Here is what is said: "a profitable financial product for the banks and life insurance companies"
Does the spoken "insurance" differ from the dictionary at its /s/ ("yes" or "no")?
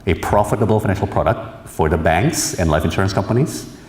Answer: no